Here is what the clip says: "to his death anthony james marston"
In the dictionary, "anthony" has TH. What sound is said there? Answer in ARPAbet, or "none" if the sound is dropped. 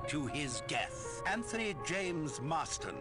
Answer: TH